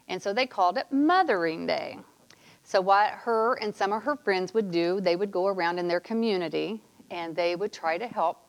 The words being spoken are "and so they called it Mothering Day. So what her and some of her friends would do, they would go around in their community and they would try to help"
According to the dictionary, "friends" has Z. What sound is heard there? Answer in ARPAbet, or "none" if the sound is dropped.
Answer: Z